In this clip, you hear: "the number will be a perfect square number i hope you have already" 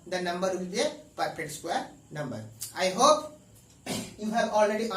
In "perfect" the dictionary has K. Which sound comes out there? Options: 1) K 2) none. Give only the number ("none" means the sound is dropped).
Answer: 2